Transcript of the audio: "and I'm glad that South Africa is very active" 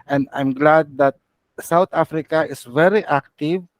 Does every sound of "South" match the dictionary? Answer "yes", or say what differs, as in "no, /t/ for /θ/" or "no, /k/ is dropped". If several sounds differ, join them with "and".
no, /t/ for /θ/